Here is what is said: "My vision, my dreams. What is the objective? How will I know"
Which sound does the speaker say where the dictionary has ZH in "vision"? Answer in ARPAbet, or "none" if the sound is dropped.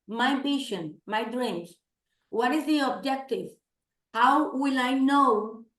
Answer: SH